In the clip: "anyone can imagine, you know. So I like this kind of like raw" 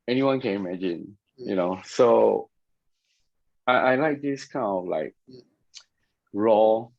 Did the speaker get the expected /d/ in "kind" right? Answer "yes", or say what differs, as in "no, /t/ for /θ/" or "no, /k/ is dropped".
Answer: no, /d/ is dropped